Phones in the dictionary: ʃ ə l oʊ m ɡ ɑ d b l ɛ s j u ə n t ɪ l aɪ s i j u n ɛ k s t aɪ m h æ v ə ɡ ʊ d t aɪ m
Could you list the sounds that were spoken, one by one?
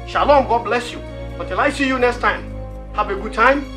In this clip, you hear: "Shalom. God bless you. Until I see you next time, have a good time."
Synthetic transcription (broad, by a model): ʃ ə l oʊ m ɡ ɑ d b l ɛ s j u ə t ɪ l aɪ s i j u n ɛ k s t aɪ m h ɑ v ə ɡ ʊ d t aɪ m